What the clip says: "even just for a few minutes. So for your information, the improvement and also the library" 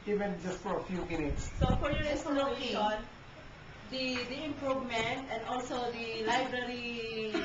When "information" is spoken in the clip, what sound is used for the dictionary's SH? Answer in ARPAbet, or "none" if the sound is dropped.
none